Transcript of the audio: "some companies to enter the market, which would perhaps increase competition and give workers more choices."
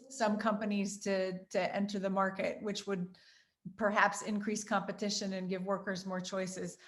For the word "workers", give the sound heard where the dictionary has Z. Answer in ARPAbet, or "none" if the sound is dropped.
Z